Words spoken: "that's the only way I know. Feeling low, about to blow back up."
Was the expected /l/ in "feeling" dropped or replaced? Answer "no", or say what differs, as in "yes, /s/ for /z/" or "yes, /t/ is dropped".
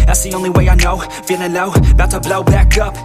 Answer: yes, /n/ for /l/